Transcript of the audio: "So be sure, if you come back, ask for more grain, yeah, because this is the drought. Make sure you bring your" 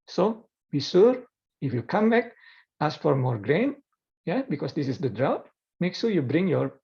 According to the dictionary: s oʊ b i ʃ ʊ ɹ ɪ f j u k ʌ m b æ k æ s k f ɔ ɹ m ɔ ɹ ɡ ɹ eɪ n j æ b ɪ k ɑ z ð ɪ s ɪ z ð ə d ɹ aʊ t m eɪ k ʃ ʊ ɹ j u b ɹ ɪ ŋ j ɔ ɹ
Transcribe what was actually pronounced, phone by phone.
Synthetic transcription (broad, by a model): s oʊ b i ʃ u ɹ ɪ f j u k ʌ m b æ k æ s f ɔ ɹ m ɔ ɹ ɡ ɹ eɪ n j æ b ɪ k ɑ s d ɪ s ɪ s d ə d ɹ aʊ t m eɪ k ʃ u ɹ j u b ɹ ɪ ŋ j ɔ ɹ